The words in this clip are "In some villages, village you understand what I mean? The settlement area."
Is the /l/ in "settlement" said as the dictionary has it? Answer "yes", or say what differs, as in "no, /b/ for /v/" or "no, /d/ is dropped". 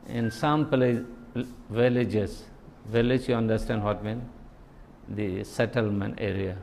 yes